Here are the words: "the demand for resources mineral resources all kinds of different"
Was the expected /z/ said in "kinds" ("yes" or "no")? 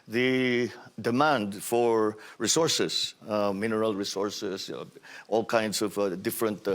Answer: no